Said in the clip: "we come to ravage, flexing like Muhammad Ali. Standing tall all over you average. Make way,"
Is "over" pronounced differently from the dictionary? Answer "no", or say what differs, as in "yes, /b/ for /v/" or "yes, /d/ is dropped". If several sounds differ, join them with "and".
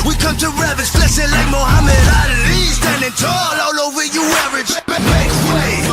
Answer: yes, /w/ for /v/